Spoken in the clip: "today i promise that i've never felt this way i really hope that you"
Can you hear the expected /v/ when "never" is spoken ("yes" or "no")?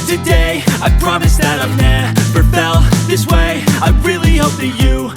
no